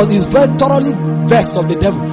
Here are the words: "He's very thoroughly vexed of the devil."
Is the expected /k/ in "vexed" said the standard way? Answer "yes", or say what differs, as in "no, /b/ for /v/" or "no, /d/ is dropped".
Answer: yes